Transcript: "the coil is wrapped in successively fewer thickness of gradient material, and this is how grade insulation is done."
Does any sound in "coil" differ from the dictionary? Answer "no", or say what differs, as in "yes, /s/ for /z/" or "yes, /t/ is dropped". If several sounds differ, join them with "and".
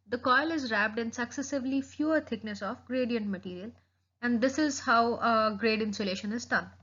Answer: no